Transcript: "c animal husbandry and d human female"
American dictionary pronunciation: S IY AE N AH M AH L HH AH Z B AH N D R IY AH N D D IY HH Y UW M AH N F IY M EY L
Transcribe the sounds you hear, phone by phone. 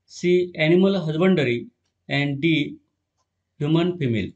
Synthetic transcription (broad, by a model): S IY AE N AH M AH L HH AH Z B AH N D R IY AH N D D IY HH Y UW M AH N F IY M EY L